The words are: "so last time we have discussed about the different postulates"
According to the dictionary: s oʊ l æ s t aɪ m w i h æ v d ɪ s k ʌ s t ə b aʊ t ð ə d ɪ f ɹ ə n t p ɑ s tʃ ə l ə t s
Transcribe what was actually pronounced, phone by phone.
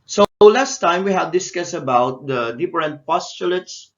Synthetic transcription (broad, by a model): s oʊ l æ s t aɪ m w i h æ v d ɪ s k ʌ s ə b aʊ t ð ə d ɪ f ɹ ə n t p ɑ s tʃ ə l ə t s